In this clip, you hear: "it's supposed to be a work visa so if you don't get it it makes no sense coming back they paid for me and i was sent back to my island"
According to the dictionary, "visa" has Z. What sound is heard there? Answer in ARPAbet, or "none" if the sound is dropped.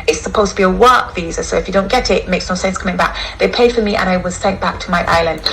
Z